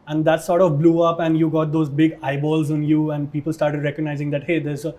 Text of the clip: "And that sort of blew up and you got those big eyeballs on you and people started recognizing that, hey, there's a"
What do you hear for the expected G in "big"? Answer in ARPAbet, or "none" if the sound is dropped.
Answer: G